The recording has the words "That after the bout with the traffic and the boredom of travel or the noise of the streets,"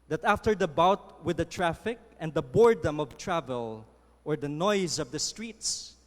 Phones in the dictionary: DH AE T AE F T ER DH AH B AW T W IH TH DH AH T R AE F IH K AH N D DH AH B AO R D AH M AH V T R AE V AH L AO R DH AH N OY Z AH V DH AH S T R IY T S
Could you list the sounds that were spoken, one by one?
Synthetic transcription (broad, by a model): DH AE T AE F T ER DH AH B AW T W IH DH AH T R AE F IH K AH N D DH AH B AO R D AH M AH V T R AE V AH L AO R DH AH N OY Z AH V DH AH S T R IY T S